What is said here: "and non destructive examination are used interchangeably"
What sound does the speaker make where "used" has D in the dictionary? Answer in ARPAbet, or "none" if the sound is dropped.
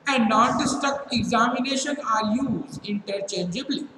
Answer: none